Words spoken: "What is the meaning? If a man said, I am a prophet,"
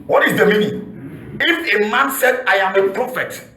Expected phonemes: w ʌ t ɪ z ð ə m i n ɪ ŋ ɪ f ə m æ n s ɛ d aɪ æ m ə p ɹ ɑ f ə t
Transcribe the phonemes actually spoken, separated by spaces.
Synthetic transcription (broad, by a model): w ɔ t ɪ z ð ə m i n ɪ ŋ ɪ f ə m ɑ n s ɛ d aɪ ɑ m ə p ɹ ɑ f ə t